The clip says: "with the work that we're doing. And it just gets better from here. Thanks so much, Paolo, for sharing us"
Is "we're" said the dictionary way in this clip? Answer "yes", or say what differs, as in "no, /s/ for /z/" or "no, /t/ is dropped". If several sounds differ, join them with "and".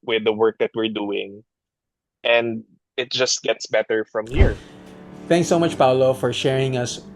yes